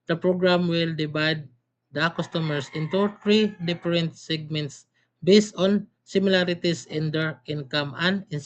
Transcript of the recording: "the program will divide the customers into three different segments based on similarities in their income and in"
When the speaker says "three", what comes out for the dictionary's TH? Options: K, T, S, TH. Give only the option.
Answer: T